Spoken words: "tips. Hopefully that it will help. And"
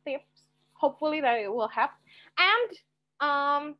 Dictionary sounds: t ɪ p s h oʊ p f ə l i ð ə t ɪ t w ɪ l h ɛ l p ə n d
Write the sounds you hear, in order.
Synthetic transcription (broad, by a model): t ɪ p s h oʊ p f l i ð ə t ɪ t w ɪ l h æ p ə n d